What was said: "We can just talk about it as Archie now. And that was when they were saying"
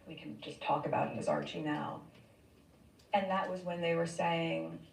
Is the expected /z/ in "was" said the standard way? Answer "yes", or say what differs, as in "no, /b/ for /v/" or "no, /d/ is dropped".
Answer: yes